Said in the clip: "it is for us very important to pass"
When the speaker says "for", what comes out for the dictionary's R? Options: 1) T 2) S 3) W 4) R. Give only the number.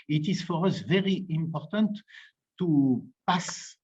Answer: 4